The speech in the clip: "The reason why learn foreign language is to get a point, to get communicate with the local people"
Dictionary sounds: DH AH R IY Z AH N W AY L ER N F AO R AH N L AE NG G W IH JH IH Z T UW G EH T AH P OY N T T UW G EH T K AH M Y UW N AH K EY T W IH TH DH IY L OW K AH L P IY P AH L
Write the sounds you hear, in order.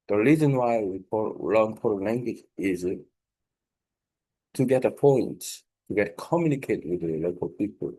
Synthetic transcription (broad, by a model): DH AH R IY Z AH N W AY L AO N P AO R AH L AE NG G W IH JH IH Z T UW G EH T AH P OY N T T UW G EH T K AH M Y UW N AH K EY T W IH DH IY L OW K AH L P IY P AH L